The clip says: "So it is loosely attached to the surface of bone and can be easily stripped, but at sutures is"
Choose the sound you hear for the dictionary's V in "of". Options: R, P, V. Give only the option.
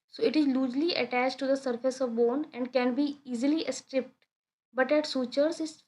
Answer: V